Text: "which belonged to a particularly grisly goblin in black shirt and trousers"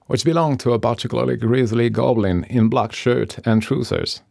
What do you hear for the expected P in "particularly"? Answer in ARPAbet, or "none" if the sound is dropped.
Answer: B